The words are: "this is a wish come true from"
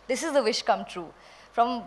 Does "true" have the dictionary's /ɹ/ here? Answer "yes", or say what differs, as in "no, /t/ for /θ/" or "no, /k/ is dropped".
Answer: yes